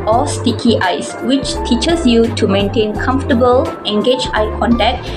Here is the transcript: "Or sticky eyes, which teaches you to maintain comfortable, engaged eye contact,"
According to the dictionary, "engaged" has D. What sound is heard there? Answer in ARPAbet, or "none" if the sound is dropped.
none